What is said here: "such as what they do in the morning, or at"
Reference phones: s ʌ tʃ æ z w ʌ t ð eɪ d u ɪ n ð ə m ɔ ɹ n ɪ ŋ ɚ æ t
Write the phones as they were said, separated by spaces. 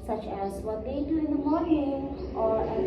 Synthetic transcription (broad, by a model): s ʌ tʃ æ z w ʌ t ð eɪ d u ɪ n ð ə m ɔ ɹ ɪ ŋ ɚ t